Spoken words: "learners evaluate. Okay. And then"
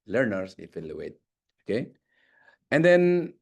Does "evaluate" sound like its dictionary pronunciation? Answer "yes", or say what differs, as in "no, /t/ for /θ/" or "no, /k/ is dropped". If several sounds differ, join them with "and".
no, /f/ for /v/